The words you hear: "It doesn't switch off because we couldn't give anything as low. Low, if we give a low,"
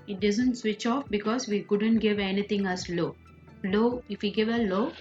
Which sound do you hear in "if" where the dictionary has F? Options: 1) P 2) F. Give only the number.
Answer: 2